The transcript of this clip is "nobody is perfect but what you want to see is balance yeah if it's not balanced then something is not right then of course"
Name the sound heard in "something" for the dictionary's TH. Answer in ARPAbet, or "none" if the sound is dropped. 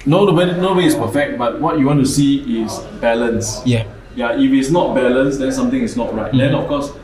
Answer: T